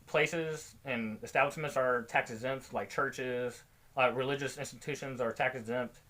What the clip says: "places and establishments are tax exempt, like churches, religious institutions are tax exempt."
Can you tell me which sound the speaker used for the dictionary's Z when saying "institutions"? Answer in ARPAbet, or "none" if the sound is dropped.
Z